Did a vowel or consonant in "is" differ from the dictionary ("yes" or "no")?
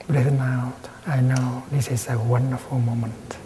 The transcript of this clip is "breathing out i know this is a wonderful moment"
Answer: yes